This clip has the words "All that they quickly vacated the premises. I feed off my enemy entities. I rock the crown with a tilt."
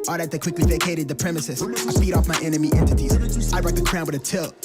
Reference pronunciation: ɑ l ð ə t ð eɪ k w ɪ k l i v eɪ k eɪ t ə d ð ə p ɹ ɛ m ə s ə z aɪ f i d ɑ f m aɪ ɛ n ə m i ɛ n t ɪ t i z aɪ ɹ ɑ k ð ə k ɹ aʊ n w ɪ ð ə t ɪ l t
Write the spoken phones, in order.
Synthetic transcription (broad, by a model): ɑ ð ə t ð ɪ k w ɪ k l i v eɪ k eɪ t ə d ð ə p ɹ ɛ m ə s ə s aɪ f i d ɑ f m aɪ ɛ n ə m i ɛ n t ɪ t i z aɪ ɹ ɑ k ð ə k ɹ aʊ n w ɪ ð ə t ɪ l